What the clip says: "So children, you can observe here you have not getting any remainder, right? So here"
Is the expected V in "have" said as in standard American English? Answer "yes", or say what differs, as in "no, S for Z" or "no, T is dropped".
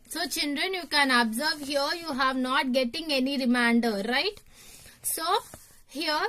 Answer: yes